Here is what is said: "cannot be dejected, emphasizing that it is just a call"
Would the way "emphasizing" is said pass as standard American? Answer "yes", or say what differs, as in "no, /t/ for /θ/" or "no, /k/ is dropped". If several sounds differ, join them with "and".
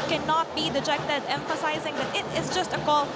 yes